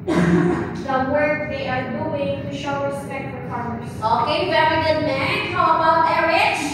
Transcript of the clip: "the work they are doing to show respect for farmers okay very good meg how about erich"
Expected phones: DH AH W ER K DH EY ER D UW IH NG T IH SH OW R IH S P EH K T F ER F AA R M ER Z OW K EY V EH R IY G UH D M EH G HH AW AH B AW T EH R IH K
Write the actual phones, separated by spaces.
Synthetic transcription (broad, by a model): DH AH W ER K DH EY ER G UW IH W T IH SH OW R IH S P EH K T F ER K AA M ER S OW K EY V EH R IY G UH D M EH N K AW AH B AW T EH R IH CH